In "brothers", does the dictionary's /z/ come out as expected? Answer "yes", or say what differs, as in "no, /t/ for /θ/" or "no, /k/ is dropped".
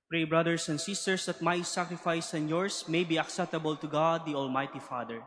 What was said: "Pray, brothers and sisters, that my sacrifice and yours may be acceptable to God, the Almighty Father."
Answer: no, /s/ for /z/